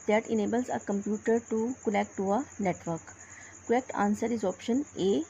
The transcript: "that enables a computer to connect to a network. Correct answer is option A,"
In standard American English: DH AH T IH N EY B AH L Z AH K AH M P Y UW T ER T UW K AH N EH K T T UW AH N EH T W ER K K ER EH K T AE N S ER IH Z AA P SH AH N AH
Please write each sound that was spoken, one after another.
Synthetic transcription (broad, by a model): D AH T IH N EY B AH L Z AH K AH M P Y UW T ER T UW K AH L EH K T T UW AH N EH T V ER K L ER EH K T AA N S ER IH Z AA P SH AH N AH